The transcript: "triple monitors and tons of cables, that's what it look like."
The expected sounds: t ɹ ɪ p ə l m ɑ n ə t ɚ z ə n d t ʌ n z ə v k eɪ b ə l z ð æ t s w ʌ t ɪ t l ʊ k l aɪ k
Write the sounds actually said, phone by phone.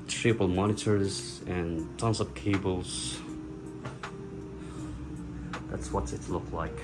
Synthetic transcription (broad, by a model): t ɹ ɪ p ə l m ɑ n ə t ɚ z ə n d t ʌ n s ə p k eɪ b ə l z ð æ t s w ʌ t ɪ t l ʊ k l aɪ k